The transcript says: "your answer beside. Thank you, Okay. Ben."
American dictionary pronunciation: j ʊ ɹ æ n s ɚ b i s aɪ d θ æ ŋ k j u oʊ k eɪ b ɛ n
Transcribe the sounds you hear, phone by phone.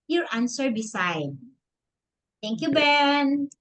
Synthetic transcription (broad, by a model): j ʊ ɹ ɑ n s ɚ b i s aɪ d t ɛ ŋ k j u b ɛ n